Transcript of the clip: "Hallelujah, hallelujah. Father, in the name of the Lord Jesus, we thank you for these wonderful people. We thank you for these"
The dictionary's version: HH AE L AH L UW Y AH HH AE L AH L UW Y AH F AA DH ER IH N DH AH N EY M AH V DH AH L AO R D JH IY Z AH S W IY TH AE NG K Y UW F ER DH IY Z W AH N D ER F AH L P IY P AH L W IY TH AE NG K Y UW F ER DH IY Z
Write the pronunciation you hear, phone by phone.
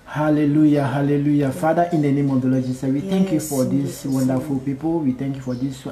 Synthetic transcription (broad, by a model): HH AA L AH L UW Y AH HH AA L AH L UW Y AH F AA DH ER IH N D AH N EY M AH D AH L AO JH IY S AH W IY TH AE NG K Y UW F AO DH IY S W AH N D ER F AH L P IY P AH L W IY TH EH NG K Y UW F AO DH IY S